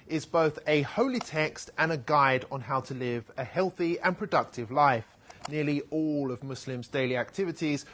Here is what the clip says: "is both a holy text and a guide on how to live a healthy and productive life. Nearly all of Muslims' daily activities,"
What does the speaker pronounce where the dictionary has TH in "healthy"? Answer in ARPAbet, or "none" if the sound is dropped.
TH